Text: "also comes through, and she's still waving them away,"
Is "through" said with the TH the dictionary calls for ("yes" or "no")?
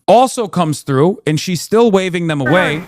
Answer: yes